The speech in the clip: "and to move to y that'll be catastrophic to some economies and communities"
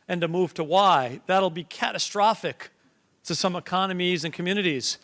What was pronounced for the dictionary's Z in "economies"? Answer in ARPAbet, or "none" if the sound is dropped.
Z